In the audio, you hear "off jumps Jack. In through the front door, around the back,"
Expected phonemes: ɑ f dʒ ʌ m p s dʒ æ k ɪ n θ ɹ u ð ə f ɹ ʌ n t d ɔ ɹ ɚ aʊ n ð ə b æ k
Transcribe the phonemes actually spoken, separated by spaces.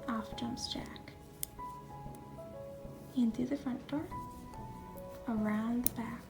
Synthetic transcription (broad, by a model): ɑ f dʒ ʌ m s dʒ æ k ɪ n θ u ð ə f ɹ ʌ n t d ɔ ɹ ɚ aʊ n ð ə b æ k